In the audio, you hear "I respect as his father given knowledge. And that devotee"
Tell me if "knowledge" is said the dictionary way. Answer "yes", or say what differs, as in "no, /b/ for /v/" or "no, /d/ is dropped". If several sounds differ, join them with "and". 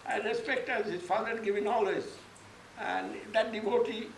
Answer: no, /z/ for /dʒ/